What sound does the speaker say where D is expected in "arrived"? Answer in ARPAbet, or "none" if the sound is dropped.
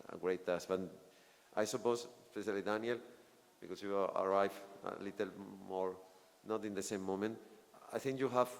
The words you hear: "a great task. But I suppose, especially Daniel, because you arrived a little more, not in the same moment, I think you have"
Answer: none